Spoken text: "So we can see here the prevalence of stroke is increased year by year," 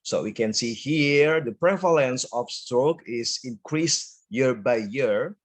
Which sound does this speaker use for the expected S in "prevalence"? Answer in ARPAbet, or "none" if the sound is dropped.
S